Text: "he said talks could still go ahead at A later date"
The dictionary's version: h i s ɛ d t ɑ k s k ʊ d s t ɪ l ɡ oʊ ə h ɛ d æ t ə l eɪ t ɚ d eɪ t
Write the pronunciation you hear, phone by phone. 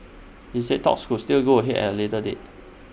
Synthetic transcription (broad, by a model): h i s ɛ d t ɑ k s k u s t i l ɡ oʊ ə h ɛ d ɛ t ə l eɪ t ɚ d eɪ t